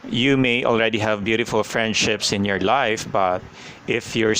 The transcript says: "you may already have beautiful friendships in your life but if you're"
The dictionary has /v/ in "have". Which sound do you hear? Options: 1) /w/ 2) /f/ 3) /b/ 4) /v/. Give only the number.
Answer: 4